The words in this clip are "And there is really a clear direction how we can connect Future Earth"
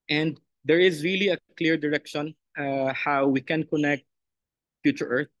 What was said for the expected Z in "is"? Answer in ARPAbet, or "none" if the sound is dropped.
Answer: Z